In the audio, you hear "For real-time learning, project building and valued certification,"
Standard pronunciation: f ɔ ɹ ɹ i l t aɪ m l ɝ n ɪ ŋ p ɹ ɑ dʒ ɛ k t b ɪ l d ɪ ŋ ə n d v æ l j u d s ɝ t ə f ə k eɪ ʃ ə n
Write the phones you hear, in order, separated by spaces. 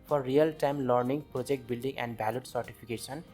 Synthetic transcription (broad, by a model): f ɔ ɹ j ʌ l t aɪ m l ɝ n ɪ ŋ p ɹ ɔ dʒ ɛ k t b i l d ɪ ŋ ə n d b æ l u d s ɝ t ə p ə k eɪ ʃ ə n